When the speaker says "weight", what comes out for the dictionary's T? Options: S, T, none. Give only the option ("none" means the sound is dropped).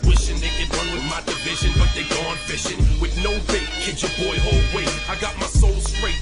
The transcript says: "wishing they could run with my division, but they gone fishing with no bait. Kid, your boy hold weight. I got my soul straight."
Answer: none